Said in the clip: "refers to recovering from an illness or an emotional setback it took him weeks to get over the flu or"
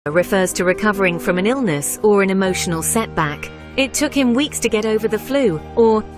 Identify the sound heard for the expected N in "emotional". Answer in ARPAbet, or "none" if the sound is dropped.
N